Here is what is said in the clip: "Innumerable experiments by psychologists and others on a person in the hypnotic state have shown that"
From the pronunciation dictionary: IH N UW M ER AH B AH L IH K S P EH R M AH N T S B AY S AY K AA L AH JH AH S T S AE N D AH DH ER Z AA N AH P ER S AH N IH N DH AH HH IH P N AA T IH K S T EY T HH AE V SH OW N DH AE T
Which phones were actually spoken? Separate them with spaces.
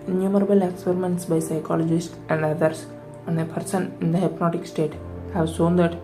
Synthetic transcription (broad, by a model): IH N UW M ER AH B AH L IH K S P EH R M AH N T S B AY S AY K AA L AH JH AH S T S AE N D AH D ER S AA N AH P ER S AH N IH N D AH HH IH P N AA T IH K S T EY T HH AE V SH OW N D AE T